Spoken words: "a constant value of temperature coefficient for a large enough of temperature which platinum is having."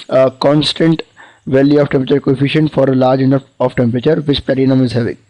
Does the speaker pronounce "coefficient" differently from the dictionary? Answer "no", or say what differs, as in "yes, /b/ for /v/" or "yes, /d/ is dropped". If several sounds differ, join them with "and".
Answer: no